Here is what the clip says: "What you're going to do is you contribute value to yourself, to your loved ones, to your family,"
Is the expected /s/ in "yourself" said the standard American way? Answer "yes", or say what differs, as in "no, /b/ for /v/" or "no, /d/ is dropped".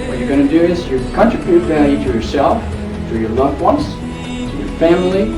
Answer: yes